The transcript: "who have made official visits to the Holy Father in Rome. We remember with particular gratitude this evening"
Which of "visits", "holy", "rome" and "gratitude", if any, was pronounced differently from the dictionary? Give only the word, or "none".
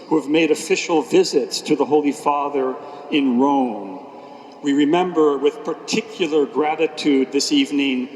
none